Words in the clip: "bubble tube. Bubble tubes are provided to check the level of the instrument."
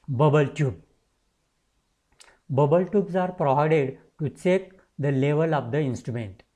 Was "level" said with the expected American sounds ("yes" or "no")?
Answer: yes